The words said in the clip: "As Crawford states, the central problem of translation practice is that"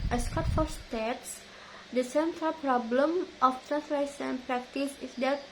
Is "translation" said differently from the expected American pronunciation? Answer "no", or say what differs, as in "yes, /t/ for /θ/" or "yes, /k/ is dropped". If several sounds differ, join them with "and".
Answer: yes, /s/ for /ʃ/